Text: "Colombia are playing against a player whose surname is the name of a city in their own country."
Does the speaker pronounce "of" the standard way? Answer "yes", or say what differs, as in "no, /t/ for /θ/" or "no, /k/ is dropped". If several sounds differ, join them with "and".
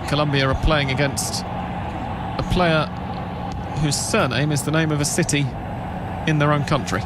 yes